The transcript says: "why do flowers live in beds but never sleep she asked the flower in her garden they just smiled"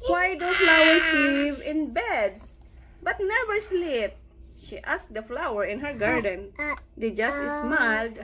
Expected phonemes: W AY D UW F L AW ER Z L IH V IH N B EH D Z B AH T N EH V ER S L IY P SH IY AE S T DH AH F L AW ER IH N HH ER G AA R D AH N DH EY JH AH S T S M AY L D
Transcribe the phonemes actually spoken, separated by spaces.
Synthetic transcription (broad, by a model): W AY D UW F L AW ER S L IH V IH N B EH D S B AH T N EH V ER S L IY P SH IY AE S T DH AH F L AW ER IH N HH ER G AA R D AH N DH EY JH AH S T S M AY L D